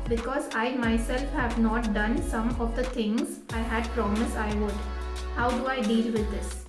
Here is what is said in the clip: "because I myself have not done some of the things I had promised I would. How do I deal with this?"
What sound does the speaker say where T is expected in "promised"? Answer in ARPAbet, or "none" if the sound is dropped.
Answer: none